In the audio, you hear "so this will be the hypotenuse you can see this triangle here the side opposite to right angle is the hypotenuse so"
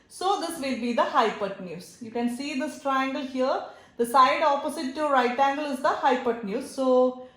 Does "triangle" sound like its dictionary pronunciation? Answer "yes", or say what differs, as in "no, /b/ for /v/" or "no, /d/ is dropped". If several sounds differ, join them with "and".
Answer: yes